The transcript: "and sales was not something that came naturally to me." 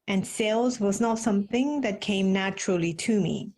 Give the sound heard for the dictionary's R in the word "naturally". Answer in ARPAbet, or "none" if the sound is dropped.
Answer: R